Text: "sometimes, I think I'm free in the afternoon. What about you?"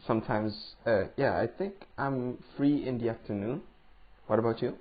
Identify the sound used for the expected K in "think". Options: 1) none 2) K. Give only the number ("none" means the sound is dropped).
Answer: 2